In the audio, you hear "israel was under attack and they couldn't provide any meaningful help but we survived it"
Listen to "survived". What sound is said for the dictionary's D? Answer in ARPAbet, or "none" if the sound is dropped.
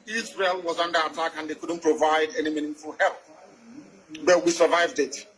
D